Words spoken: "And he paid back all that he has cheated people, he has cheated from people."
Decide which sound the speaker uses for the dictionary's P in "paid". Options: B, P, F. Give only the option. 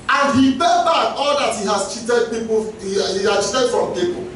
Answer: B